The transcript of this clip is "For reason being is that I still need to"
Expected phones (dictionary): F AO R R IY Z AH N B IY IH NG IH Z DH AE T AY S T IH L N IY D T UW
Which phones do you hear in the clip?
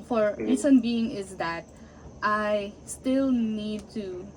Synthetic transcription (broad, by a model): F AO R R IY S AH N B IY IH NG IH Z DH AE T AY S T IH L N IY D T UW